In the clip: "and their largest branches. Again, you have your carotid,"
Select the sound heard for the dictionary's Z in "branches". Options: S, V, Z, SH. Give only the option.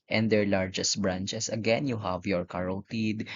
S